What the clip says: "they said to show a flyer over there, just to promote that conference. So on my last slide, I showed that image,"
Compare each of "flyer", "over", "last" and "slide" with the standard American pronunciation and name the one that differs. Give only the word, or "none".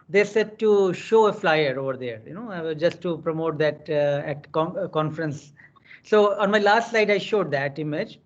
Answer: slide